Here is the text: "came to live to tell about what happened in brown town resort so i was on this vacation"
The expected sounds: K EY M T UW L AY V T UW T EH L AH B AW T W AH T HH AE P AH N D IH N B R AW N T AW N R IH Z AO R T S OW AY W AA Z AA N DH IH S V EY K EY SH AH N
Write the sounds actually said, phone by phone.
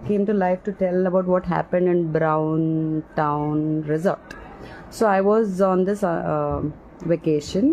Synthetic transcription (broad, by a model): K EY M T UW L AY F T UW T EH L AH B AW T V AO T HH AE P AH N D IH N B R AW N T AW N R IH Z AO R T S OW AY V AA Z AA N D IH S V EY K EY SH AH N